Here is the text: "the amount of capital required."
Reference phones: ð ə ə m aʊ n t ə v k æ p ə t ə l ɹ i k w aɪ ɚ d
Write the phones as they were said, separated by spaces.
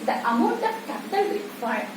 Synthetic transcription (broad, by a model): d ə ə m aʊ n t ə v k æ p ə t ə l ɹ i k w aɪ